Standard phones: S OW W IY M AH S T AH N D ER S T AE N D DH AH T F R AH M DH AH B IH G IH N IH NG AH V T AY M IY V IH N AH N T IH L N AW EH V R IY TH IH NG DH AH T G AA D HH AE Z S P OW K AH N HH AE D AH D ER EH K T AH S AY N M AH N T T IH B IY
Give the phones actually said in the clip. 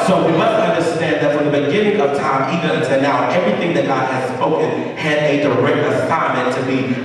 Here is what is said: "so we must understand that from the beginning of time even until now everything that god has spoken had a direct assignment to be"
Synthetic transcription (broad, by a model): S OW W IY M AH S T AH N D ER S T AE N DH AH T F R AH M DH AH B IH G IH N IH NG AH V T AY M IY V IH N AH N T IH L N AW EH V R IY TH IH NG DH AH T G AA D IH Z S P OW K AH N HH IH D AH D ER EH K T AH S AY M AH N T T IH B IY